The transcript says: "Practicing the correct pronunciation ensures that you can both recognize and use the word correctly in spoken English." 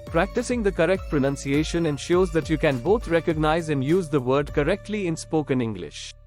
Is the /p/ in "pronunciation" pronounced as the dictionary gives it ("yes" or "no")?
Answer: yes